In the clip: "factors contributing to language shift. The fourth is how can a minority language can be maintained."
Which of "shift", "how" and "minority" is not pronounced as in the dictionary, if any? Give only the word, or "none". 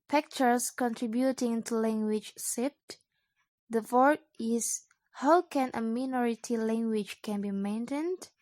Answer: shift